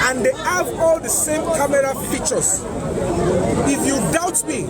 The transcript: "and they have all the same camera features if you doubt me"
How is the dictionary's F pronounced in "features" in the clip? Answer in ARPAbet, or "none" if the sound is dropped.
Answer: P